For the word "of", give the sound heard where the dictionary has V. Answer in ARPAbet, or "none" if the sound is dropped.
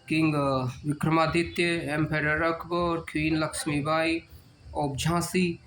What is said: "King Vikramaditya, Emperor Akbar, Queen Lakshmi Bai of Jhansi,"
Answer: B